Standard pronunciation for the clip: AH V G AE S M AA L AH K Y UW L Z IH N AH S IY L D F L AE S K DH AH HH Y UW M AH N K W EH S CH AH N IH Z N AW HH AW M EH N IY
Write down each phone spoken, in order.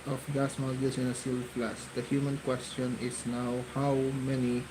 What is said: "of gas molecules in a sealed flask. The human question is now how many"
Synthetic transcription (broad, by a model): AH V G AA S M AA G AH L S IH N AH S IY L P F L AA S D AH HH Y UW M AH N K W EH S CH AH N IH S N AW HH AW M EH N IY